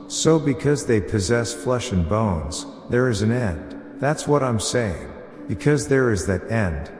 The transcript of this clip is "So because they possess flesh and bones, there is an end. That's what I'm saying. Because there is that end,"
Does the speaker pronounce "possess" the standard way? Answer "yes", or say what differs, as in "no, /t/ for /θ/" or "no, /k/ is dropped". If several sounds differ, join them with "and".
yes